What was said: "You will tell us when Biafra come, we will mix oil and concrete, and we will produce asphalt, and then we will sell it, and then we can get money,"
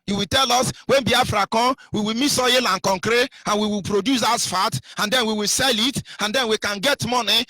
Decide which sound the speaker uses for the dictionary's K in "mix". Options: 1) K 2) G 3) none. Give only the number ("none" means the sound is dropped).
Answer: 3